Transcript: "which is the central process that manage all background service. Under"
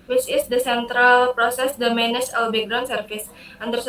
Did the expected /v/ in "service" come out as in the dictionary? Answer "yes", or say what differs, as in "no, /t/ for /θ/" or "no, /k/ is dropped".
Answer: no, /f/ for /v/